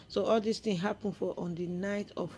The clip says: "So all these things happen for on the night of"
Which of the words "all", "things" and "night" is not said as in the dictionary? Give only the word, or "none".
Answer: things